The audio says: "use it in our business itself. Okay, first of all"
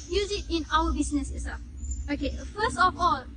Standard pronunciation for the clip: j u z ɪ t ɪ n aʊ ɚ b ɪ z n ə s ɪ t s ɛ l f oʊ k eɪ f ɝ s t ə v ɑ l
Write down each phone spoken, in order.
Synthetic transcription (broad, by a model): j u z ɪ t ɪ n aʊ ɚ b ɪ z n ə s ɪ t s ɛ f oʊ k eɪ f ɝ s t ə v ɑ l